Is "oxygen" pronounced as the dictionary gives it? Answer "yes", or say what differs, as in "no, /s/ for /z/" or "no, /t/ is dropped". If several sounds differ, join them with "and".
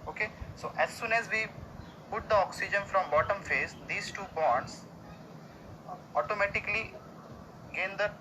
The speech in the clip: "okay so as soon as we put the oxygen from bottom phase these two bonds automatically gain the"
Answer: yes